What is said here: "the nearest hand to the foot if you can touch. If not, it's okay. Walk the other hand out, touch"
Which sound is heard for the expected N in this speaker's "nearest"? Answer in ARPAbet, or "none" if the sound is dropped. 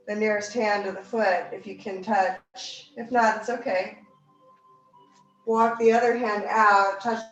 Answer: N